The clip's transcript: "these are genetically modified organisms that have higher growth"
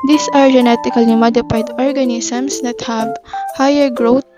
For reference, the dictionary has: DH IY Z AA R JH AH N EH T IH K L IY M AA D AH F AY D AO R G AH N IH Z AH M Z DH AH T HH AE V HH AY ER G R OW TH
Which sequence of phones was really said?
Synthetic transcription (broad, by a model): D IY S AA R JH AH N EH T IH K L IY M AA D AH P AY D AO R G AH N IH S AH M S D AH T HH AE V HH AY ER G R OW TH